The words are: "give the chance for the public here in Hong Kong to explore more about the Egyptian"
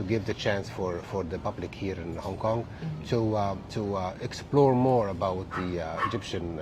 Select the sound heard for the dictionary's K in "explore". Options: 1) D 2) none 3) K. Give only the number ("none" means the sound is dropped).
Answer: 3